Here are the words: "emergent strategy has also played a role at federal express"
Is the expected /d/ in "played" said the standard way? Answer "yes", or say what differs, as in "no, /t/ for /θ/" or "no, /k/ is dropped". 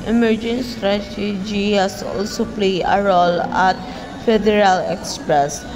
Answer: no, /d/ is dropped